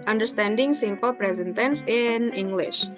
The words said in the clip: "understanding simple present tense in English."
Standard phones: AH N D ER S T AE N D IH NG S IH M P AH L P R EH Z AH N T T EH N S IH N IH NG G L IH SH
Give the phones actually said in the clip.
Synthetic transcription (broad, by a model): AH N D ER S T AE N D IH NG S IH M P AH L P R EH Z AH N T T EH N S IH N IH NG G L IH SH